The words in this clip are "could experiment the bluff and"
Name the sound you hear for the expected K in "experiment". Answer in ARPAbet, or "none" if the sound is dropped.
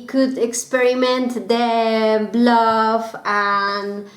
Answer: K